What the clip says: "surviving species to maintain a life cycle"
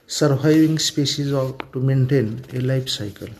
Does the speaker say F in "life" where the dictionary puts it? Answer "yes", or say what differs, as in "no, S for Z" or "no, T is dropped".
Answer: no, P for F